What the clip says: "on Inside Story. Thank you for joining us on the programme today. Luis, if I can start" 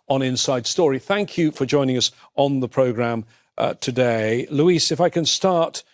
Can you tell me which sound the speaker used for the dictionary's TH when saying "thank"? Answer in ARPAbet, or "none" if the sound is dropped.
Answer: TH